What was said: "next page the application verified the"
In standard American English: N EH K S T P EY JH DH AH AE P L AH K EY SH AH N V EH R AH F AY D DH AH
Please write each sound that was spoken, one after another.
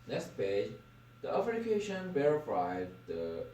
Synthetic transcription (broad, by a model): N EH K S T P EY JH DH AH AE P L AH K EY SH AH N B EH R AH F AY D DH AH